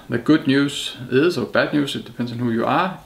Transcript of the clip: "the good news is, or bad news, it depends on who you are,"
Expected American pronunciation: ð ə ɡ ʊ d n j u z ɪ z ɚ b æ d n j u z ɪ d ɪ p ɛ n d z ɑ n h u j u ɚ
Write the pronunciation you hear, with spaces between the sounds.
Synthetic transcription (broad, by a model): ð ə ɡ ʊ d n j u s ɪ s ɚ b æ d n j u s ɪ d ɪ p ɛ n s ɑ n h u j u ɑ